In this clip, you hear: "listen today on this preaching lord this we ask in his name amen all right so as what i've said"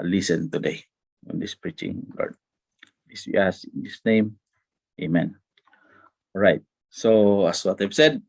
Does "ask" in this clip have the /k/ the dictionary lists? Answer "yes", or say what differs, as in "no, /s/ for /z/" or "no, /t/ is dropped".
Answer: no, /k/ is dropped